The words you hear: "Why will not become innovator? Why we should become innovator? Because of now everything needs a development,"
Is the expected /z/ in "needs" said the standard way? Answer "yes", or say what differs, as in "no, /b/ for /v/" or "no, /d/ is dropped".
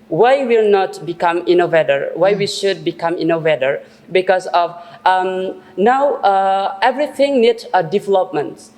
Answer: no, /z/ is dropped